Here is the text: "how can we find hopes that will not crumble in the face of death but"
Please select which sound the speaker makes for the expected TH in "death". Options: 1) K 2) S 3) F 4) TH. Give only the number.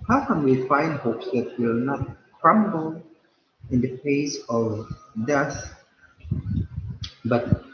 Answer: 2